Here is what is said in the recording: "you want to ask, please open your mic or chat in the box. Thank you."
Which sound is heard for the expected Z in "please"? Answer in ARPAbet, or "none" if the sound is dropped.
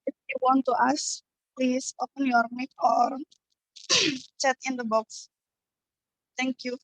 S